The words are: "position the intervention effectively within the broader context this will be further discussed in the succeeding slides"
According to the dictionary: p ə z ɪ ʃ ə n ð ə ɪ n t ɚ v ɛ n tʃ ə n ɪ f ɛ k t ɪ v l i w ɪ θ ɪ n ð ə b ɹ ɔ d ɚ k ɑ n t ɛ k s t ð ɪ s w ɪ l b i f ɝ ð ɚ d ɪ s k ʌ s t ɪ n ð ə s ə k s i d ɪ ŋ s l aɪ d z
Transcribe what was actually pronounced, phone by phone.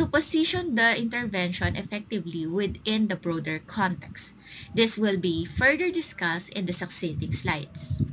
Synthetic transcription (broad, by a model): p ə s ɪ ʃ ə n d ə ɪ n t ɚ v ɛ n ʃ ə n ɪ f ɛ k t ɪ v l i w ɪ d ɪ n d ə b ɹ ɔ d ɚ k ɑ n t ɛ k s t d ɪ s w ɪ l b i f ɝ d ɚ d ɪ s k ʌ s t ɪ n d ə s ə k s i d ɪ ŋ s l aɪ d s